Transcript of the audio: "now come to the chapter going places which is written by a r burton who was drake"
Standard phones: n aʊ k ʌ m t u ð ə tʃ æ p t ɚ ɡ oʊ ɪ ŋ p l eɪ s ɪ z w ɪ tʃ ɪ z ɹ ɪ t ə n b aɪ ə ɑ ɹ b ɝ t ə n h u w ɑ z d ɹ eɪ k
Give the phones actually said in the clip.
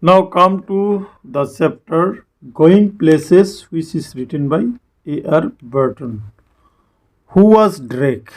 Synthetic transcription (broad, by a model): n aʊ k ʌ m t u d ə s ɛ p t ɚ ɡ oʊ ɪ ŋ p l eɪ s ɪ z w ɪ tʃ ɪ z ɹ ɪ t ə n b aɪ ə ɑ ɹ b ɝ t ə n h u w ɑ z d ɹ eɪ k